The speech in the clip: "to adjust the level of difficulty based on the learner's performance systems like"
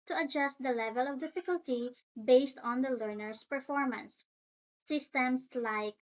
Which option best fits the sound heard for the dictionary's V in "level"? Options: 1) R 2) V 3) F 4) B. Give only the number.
2